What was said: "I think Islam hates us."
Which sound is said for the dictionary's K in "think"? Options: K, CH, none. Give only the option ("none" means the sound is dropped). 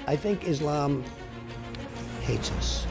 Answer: K